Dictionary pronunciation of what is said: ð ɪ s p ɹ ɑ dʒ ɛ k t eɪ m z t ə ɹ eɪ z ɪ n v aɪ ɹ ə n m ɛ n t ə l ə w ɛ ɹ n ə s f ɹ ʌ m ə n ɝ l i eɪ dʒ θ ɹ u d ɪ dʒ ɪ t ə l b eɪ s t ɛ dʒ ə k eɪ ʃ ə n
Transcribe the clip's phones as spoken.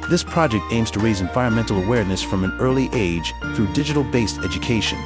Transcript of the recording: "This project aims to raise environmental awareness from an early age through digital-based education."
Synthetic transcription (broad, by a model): ð ɪ s p ɹ ɑ dʒ ɛ k t eɪ m z t ə ɹ eɪ z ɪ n v aɪ ɹ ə n m ɛ n t l ə w ɛ ɹ n ə s f ɹ ʌ m ə n ɝ l i eɪ dʒ θ ɹ u d ɪ dʒ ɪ t l b eɪ s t ɛ dʒ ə k eɪ ʃ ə n